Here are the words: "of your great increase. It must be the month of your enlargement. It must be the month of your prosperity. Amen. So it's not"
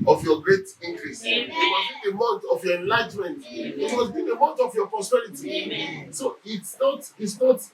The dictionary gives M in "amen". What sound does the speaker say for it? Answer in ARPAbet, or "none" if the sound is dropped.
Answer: none